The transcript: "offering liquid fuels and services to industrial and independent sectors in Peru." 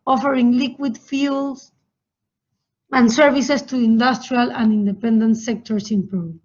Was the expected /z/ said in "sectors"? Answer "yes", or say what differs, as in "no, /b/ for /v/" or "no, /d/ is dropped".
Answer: no, /s/ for /z/